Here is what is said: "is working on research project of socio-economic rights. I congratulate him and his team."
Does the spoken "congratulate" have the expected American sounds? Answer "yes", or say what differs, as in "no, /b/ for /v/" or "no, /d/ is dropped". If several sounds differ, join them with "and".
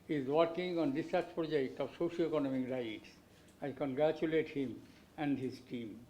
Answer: yes